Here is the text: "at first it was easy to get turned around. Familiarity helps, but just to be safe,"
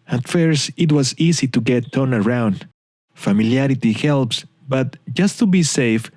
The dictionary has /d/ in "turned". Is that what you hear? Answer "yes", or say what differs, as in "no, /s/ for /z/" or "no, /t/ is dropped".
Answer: no, /d/ is dropped